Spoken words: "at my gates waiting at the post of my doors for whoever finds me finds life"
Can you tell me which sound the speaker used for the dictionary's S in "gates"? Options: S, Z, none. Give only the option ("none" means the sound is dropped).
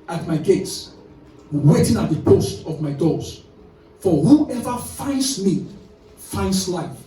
S